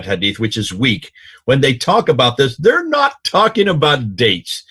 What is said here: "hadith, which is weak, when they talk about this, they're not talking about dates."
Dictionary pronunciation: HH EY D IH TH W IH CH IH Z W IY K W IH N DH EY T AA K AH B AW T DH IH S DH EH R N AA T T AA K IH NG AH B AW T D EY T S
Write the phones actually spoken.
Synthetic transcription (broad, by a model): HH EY D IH TH W IH CH IH Z W IY K W IH N DH EY T AA K AH B AW T DH IH S DH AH R N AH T T AA K IH NG AH B AW T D EY T S